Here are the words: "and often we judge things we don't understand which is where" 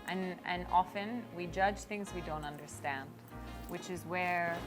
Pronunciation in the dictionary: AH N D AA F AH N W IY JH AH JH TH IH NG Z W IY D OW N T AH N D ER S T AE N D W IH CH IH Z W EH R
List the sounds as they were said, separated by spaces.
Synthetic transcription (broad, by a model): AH N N AA F AH N W IY JH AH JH TH IH NG Z W IY D OW N T AH N D ER S T AE N D W IH CH IH Z W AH R